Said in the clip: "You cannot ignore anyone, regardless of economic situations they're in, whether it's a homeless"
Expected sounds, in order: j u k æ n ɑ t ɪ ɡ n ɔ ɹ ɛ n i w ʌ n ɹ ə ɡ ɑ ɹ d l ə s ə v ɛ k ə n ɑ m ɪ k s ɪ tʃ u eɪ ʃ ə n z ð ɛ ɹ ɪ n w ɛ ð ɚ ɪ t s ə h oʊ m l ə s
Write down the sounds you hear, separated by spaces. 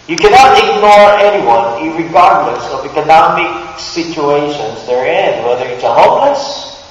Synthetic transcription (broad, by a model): j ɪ k æ n ɑ t ɪ ɡ n ɔ ɹ ɛ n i w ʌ n ɹ ə ɡ ɑ ɹ d l ə s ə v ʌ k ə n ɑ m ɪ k s ɪ tʃ u eɪ ʃ ə n z ð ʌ ɹ ɪ n w ɛ ð ɚ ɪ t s ə h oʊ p l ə s